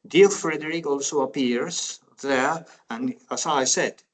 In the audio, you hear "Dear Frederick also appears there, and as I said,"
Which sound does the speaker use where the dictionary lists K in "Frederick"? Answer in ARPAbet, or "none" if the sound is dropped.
K